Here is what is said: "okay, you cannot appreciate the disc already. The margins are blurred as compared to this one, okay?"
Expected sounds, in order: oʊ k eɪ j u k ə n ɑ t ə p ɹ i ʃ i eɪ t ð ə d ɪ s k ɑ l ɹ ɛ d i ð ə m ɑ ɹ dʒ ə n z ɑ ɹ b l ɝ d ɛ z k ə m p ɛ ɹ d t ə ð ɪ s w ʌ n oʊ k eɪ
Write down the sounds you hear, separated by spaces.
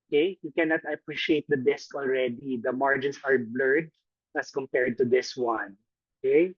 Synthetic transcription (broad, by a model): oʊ k eɪ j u k ə n ɑ t ə p ɹ i ʃ i eɪ t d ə d ɪ s k ɑ l ɹ ɛ d i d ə m ɑ ɹ dʒ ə n s ɑ ɹ b l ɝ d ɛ s k ə m p ɛ ɹ d t ə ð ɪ s w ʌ n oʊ k eɪ